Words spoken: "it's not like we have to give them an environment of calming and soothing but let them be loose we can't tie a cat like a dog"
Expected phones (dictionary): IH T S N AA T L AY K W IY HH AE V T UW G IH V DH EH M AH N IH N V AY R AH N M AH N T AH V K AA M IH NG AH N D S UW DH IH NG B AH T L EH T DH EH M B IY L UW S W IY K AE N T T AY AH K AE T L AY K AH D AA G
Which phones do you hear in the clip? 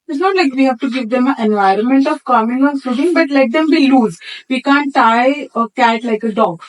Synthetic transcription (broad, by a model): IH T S N AA T L AY K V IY HH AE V T UW G IH V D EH M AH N IH N V AY R AH N M AH N T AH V K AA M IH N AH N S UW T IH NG B AH T L EH T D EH M B IY L UW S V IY K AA N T T AY AH K AE T L AY K AH D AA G